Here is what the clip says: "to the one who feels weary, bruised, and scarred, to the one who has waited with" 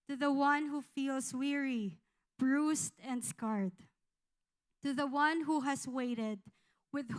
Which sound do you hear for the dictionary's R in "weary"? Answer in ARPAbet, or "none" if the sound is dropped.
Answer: R